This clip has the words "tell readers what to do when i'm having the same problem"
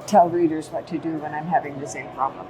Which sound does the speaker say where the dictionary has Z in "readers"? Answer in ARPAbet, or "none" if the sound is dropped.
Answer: Z